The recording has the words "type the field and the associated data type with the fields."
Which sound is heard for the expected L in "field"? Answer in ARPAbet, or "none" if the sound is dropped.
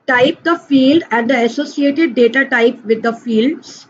L